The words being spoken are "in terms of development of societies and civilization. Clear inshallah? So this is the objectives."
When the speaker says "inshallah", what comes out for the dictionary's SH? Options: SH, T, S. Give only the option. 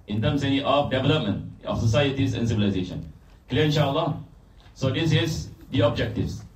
SH